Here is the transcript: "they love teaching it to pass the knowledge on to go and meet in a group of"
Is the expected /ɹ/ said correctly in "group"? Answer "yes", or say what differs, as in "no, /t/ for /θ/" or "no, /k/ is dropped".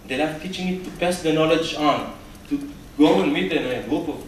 no, /ɹ/ is dropped